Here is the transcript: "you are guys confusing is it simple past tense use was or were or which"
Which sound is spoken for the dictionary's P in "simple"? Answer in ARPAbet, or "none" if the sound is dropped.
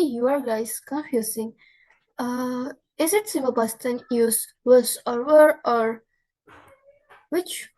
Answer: none